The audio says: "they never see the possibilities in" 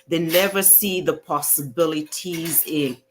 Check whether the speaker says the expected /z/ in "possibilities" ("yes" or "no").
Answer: yes